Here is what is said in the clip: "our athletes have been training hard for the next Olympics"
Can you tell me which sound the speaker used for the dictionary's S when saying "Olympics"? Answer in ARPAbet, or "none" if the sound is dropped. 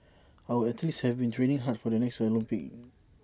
none